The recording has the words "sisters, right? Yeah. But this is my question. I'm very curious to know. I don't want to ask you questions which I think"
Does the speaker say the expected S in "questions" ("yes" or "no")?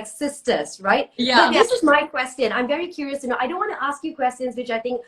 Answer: yes